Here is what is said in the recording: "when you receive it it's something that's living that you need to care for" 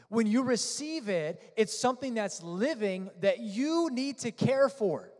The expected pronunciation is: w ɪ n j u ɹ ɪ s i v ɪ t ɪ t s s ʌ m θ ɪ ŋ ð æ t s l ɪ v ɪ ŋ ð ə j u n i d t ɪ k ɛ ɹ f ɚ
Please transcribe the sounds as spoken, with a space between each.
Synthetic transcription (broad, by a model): w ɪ n j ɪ ɹ ɪ s i v ɪ t ɪ t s s ʌ m θ ɪ ŋ ð æ t s l ɪ v ɪ ŋ ð ə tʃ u n i d t ɪ k ɛ ɹ f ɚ